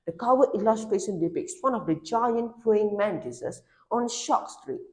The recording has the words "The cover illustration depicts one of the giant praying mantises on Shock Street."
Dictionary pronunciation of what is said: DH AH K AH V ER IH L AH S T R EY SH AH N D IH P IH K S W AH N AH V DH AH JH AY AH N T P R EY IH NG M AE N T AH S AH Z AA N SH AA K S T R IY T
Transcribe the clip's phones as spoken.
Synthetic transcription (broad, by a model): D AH K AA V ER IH L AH S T R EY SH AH N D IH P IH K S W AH N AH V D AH JH AY AH N T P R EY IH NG M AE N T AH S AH S AA N SH AA K S T R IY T